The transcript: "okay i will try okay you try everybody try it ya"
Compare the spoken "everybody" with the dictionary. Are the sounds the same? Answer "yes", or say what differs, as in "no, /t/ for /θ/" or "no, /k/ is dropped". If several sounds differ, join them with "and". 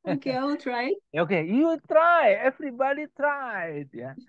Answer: no, /f/ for /v/